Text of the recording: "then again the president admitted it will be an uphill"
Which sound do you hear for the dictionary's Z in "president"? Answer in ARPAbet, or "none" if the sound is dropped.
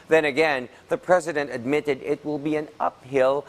Z